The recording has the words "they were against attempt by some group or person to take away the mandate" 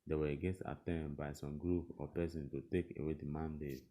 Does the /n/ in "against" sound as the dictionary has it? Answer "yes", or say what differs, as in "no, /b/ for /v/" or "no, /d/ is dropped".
no, /n/ is dropped